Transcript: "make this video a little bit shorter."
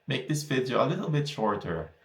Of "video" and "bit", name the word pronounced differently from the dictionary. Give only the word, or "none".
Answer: video